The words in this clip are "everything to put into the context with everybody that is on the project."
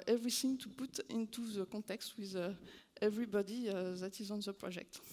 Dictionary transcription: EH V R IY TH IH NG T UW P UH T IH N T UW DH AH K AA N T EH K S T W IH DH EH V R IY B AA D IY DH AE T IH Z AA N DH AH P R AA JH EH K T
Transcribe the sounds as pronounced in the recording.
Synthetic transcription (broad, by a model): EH V R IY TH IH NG T UW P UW T IH N T UW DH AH K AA T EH K S T W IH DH EH V R IY B AA D IY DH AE T IH Z AA N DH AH P R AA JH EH K T